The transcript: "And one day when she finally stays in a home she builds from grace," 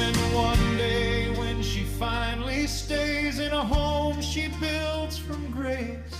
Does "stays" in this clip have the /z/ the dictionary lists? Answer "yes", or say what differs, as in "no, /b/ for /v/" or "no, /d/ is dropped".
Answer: yes